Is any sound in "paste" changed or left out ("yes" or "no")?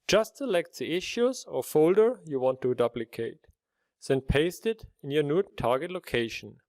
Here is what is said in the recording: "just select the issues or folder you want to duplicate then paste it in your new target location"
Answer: no